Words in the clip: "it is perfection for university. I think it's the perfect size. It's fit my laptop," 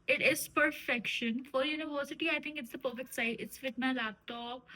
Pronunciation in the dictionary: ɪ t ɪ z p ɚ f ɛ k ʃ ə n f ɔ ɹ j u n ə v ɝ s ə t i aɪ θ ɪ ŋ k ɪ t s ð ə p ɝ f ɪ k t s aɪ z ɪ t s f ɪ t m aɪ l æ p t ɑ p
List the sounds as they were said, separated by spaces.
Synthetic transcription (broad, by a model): ɪ t ɪ z p ɚ f ɛ k ʃ ə n f ɔ ɹ j u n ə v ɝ s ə t i aɪ t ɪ ŋ k ɪ t s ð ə p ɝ f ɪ k t s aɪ ɪ t s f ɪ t m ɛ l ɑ t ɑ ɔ